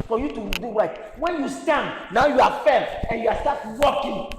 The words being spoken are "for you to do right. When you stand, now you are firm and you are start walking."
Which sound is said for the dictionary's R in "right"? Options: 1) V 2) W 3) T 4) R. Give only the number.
2